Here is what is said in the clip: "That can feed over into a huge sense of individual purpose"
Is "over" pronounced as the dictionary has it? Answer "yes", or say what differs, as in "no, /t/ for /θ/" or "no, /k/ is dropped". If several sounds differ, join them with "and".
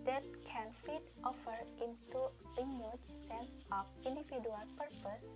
no, /f/ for /v/